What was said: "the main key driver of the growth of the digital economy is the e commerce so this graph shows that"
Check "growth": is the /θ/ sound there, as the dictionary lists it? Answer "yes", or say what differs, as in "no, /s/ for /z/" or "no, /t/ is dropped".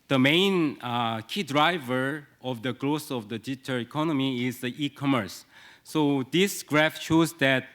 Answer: no, /s/ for /θ/